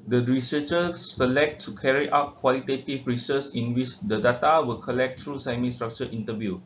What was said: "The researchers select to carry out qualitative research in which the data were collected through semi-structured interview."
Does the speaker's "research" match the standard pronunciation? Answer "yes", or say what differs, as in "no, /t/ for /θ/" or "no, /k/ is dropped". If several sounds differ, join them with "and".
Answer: no, /s/ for /tʃ/